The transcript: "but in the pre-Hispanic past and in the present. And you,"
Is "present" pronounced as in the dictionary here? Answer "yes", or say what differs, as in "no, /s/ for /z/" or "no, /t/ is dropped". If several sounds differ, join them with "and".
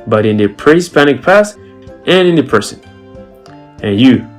no, /t/ is dropped